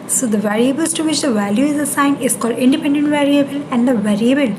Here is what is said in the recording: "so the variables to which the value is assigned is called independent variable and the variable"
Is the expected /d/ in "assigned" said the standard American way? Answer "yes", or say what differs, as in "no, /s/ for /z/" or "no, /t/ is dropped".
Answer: no, /d/ is dropped